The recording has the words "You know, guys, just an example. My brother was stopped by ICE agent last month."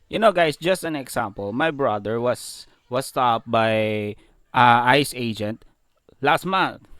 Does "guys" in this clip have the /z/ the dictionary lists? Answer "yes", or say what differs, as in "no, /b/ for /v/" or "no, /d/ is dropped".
no, /s/ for /z/